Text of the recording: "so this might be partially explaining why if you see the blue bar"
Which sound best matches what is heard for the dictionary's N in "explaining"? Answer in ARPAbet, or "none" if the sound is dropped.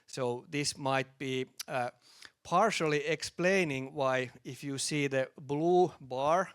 N